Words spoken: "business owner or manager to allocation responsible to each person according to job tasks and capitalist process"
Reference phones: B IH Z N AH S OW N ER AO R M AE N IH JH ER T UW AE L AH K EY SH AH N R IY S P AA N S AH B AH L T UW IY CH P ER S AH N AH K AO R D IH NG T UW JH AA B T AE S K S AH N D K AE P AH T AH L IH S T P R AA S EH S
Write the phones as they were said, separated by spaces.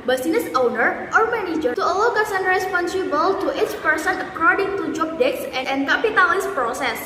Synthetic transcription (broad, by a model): B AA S N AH S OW N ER AO R M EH N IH JH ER T UW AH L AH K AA S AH N R IY S P AA N S AH B AH L T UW IY CH P ER S AH N AH K AO R D IH NG T UW JH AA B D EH K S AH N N K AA P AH T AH L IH S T P R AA S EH S